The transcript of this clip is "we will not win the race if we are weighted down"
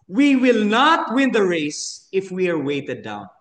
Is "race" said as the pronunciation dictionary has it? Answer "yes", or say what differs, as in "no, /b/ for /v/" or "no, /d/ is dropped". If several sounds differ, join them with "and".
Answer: yes